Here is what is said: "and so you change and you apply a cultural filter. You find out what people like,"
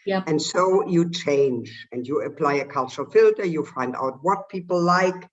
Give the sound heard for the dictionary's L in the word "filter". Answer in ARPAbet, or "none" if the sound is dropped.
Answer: L